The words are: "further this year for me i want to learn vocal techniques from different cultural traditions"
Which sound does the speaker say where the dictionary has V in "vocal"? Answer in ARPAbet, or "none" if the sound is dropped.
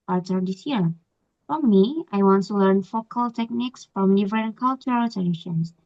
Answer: F